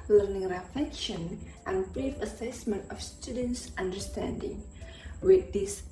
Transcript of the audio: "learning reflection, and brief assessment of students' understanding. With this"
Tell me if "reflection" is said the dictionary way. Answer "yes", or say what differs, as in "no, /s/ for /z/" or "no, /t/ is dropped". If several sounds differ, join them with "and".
no, /l/ is dropped